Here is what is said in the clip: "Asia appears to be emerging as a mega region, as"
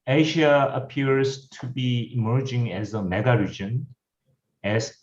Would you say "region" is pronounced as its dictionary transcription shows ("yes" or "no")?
yes